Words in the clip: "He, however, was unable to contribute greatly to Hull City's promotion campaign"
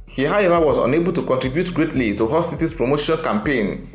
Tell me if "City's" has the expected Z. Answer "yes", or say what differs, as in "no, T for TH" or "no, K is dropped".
no, S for Z